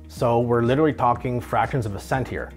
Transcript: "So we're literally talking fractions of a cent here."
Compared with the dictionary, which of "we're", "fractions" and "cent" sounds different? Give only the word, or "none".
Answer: none